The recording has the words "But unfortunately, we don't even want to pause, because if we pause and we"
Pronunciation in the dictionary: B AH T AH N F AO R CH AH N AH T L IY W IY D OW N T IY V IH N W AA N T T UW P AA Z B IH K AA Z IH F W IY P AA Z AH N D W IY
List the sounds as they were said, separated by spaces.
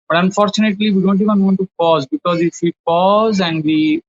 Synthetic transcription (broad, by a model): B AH T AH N F AO R CH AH N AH T L IY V IY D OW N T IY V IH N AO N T T UW P AA Z B IH K AA Z IH F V IY P AA Z AH N D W IY